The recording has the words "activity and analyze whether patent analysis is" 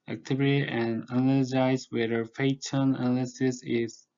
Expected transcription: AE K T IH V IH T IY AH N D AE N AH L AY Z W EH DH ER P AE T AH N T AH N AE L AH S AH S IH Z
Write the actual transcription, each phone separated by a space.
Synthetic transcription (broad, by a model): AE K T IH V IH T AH N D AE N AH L AY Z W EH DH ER F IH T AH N AH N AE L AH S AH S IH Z